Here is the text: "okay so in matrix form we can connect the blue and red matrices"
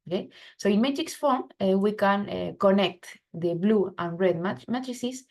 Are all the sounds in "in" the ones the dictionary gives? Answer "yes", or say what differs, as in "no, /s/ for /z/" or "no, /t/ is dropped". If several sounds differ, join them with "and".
yes